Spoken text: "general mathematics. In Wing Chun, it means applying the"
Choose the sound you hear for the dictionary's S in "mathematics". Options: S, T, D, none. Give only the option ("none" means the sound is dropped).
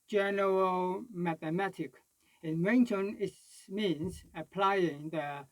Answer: none